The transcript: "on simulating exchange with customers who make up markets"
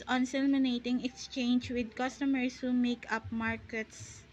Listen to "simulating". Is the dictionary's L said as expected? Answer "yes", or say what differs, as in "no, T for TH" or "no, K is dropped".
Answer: no, N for L